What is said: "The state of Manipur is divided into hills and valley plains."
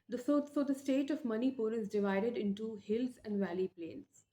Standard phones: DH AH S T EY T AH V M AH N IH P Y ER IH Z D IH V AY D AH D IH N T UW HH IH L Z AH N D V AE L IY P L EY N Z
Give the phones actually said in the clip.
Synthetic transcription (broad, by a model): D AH S T EY T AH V M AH N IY P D IH Z D IH V AY D AH D IH N T UW HH IH L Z AH N D V AE L IY P L EY N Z